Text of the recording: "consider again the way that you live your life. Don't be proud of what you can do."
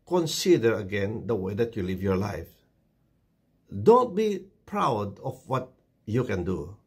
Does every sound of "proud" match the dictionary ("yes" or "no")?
yes